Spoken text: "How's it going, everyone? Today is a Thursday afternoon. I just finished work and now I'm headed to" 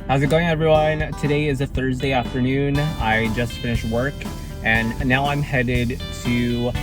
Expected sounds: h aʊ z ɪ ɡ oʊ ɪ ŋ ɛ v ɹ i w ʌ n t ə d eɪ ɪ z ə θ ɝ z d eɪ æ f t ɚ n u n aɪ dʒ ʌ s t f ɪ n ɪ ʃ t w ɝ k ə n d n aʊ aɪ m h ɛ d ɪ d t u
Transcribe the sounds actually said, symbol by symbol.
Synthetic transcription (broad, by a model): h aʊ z ɪ ɡ oʊ ɪ ŋ ɛ v ɹ i w ʌ n t ə d eɪ ɪ z ə θ ɝ z d eɪ æ f t ɚ n u n aɪ dʒ ʌ s t f ɪ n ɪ ʃ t w ɝ k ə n n aʊ aɪ m h ɛ d ɪ d t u